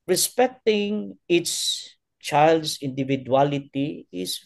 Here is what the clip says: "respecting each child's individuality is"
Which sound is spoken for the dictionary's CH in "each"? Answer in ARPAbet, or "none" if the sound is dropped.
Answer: S